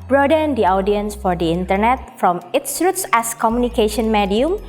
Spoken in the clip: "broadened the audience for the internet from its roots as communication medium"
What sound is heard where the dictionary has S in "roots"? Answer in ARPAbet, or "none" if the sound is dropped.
S